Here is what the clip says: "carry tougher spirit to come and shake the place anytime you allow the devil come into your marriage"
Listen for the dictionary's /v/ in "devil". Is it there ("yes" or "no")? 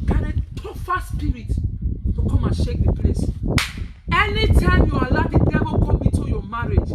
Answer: no